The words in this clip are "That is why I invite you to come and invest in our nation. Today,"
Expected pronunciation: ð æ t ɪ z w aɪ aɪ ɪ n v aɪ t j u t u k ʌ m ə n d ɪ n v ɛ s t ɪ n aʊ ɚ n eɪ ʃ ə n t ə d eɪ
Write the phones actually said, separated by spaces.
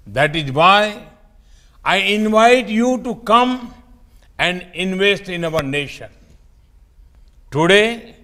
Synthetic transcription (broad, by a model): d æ t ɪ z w aɪ aɪ ɪ n v aɪ t j u t u k ʌ m ə n d ɪ n v ɛ s t ɪ n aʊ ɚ n eɪ ʃ ə n t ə d eɪ